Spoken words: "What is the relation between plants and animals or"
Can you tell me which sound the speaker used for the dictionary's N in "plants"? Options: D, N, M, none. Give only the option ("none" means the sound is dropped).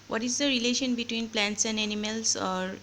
N